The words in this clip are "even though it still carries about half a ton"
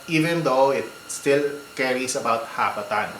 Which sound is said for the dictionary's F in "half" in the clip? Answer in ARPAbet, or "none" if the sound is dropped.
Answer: P